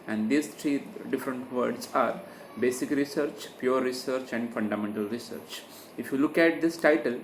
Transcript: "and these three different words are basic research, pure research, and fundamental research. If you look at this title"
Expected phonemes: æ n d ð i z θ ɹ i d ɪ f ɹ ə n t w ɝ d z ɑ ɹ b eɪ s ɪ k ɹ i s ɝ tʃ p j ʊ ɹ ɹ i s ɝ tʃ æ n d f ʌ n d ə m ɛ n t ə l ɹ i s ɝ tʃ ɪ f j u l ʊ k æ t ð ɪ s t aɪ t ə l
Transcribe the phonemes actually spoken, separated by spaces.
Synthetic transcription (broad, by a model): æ n d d i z t ɹ i d ɪ f ɹ ə n t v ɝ d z ɑ ɹ b eɪ s ɪ k ɹ i s ɝ tʃ p j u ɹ ɹ i s ɝ tʃ æ n d f ʌ n d ə m ɛ n t ə l ɹ i s ɝ tʃ ɪ f j u l ʊ k æ t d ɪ s t aɪ t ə l